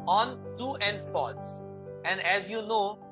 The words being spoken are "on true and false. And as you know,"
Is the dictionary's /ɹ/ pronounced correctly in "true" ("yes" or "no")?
no